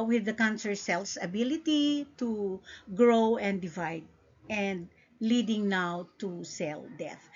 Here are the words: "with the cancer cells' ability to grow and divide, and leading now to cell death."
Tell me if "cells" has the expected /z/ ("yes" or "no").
no